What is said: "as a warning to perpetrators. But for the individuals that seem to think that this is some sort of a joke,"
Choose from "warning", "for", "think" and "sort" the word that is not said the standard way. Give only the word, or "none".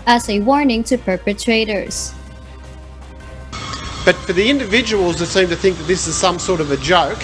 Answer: none